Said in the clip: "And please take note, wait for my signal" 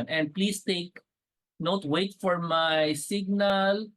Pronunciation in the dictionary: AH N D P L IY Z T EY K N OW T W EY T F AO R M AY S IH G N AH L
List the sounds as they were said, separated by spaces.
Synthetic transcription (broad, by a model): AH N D P L IY S T EY K N OW T W EY T F AO R M AY S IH G N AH L